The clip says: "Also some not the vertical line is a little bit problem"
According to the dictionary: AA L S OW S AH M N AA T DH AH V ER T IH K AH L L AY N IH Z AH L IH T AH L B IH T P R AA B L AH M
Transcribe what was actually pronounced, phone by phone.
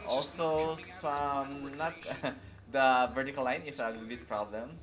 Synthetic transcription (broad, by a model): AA L S OW S AH M N AA T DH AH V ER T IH K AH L L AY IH AH N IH S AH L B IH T P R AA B L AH M